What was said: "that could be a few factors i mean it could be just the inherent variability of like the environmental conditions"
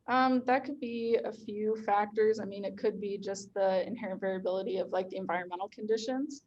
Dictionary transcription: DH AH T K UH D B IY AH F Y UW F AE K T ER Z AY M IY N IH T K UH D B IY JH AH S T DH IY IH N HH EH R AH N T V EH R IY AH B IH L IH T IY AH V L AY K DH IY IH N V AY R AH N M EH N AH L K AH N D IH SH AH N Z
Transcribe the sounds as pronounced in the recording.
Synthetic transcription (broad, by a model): DH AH T K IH D B IY AH F Y UW F AE K T ER Z AY M IY N IH T K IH D B IY JH AH S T DH IY IH N HH EH R AH N T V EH R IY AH B IH L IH T IY AH V L AY K DH IY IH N V AY R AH N M EH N L K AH N D IH SH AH N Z